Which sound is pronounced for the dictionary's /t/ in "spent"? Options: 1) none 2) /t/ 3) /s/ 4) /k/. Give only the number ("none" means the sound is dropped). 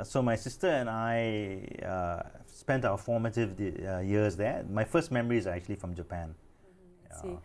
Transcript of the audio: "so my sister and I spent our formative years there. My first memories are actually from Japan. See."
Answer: 2